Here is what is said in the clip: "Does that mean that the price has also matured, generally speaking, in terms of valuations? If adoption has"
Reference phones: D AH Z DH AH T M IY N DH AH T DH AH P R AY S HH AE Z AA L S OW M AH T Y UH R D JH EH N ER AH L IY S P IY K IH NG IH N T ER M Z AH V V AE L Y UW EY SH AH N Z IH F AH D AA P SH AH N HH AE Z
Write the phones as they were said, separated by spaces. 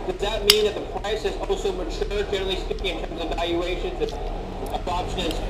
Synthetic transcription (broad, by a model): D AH Z DH AH T M IY N DH AH T DH AH P R AY S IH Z AA L S OW M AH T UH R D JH EH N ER L IY S P IY K IH NG IH N T ER M Z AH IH V AE L Y UW EY SH AH N Z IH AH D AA P SH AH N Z